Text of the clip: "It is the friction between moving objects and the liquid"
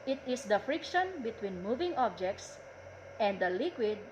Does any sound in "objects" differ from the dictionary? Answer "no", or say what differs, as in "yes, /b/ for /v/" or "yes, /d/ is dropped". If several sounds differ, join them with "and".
no